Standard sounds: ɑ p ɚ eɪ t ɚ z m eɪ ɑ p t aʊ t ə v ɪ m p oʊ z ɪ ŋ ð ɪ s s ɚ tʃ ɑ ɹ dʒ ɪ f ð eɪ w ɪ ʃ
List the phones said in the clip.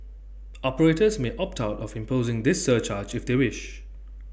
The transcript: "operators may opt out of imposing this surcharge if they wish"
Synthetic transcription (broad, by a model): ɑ p ɚ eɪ t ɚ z m eɪ ɑ p t aʊ t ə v ɪ m p oʊ z ɪ ŋ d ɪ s s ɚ tʃ ɑ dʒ ɪ f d eɪ w ɪ ʃ